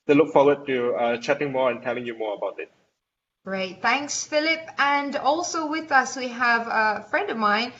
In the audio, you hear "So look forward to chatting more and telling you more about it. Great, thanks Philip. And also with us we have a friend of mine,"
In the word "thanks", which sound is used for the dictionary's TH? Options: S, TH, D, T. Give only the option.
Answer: TH